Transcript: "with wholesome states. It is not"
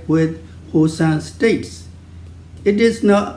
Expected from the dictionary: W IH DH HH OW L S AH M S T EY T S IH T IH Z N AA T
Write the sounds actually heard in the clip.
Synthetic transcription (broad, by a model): W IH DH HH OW S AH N S T EY T S IH T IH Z N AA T